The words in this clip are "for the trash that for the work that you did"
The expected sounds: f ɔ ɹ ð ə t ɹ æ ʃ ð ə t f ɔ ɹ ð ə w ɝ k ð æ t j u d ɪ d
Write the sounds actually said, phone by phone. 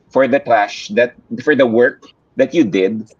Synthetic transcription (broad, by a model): f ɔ ɹ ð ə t l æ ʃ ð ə t f ɔ ɹ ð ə w ɝ k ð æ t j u d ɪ d